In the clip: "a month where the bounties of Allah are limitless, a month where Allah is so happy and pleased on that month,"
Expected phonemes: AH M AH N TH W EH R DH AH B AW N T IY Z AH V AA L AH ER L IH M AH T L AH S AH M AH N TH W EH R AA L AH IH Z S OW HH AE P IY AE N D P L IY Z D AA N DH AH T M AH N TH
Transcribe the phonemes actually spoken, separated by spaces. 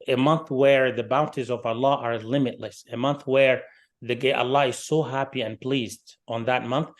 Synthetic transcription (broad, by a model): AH M AH N TH W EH R DH AH B AW N T IY Z AH V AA L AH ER L IH M AH T L AH S AH M AH N TH W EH R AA L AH IH Z S OW HH AE P IY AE N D P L IY Z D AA N DH AH T M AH N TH